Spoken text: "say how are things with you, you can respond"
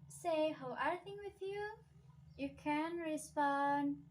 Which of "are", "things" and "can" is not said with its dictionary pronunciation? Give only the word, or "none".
things